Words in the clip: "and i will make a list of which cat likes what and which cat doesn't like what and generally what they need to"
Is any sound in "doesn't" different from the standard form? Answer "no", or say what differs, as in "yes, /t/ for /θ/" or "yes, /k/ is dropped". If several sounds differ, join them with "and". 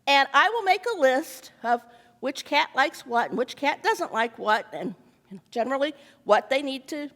no